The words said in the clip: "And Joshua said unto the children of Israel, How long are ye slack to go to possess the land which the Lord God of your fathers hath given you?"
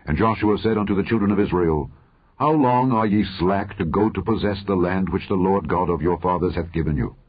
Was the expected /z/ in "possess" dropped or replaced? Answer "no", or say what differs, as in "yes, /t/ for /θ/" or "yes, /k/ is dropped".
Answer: no